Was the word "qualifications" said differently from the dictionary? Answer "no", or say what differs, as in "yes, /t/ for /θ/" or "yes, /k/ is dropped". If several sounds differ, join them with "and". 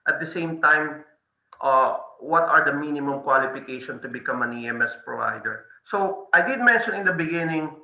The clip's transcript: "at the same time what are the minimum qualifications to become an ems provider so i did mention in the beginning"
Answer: yes, /z/ is dropped